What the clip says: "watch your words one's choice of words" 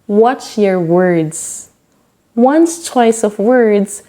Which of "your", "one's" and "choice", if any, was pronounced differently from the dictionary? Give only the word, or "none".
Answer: one's